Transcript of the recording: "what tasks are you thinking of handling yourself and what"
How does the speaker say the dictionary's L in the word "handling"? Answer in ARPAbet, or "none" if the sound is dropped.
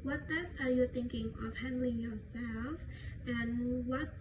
L